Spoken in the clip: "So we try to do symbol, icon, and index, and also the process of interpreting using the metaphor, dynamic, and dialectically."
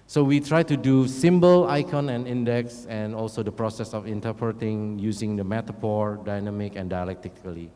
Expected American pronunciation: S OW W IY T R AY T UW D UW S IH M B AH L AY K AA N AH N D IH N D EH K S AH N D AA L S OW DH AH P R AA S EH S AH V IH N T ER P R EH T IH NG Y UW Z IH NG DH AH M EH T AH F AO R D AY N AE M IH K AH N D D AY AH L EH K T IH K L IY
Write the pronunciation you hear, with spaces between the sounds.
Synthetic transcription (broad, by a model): S OW W IY T R AY T UW D UW S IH M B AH L AY K AA N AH N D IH N D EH K S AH N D AA L S OW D AH P R AA S EH S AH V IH N T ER P R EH T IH NG Y UW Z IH NG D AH M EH T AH P AO R D AY N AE M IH K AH N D D AY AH L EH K T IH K L IY